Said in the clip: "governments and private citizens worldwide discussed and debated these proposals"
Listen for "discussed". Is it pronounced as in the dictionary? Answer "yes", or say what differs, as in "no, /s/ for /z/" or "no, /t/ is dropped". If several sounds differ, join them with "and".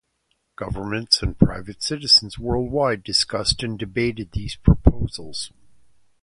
yes